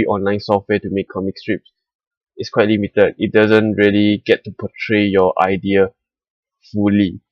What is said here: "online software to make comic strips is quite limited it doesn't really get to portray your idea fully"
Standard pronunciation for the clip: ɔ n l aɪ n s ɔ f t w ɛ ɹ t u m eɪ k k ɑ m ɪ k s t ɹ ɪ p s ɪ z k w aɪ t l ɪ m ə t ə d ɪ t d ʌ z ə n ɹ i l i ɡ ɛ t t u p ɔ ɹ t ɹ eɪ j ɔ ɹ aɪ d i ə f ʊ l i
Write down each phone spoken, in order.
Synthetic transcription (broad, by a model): ɔ n l aɪ n s ɔ f t w ɛ t u m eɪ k k ɑ m ɪ k s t ɹ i p s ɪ s k w aɪ t l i m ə t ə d ɪ t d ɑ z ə n ɹ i l i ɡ ɛ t t u p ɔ t ɹ eɪ j ɔ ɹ aɪ d i ə f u l i